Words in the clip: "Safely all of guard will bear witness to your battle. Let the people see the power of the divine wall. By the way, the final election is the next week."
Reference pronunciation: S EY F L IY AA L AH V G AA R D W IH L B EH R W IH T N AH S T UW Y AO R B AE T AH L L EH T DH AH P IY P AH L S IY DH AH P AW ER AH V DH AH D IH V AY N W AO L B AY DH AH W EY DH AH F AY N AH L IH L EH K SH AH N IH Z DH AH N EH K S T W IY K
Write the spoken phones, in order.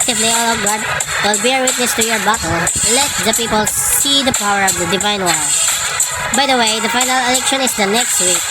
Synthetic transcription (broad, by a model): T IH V L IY AA L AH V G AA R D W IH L B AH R W IH T N AH S T UW Y AO R B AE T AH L L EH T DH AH P IY P AH L S IY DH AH P AW ER AH V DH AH D IH V AY N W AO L B AY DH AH W EY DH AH F AY N AH L IH L EH K SH AH N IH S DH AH N EH K S T W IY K